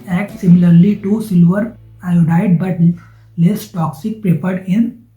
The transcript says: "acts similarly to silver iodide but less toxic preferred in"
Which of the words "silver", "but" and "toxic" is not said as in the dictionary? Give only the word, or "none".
none